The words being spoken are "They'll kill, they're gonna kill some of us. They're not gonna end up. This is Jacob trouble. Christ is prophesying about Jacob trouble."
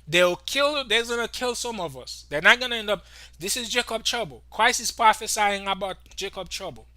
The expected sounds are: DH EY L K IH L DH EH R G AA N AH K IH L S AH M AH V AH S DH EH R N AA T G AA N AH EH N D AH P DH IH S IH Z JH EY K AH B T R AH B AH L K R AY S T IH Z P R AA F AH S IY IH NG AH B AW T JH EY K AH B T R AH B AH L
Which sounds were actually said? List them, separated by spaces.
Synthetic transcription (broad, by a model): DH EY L K IH L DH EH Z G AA N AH K IH L S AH M AH V AH S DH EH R N AA T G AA N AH EH N D AH P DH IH S IH Z JH EY K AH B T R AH B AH L K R AY S IH S P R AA F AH S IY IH NG AH B AW T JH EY K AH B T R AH B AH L